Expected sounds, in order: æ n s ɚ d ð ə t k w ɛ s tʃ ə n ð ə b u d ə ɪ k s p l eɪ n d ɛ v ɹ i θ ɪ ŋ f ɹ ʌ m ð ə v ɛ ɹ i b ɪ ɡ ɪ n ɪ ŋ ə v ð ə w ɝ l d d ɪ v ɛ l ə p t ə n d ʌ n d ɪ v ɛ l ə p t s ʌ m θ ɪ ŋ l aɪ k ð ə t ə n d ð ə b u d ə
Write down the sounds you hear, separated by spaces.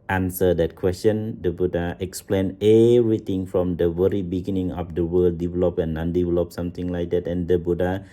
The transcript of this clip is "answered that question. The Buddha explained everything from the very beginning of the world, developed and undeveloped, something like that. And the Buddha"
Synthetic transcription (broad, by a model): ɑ n s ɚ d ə t k w ɛ s tʃ ə n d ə b u d ə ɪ k s p l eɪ n ɛ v ɹ i t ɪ ŋ f ɹ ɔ m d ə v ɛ ɹ i b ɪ ɡ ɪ n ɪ ŋ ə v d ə w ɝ l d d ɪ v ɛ l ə p ə n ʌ n d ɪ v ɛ l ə p s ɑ m t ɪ ŋ l aɪ k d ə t ə n d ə b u d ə